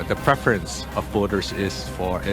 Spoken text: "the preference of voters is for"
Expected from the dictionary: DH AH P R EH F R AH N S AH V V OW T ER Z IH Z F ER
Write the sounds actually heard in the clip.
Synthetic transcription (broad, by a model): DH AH P R EH F R AH N S AH V B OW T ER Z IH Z F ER